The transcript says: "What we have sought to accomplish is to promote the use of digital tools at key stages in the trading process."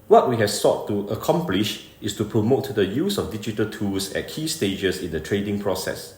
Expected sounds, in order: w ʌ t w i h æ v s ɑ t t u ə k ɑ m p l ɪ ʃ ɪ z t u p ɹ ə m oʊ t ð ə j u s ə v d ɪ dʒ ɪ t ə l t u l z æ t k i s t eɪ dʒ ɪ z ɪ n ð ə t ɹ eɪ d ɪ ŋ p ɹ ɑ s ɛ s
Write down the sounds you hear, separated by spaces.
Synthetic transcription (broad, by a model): w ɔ t w i h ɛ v s ɑ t t u ə k ɑ m p l ɪ ʃ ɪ s t u p ɹ ə m oʊ t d ə j u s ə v d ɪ dʒ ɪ t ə l t u l s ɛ t k i s t eɪ dʒ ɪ s ɪ n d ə t ɹ eɪ d ɪ ŋ p ɹ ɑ s ɛ s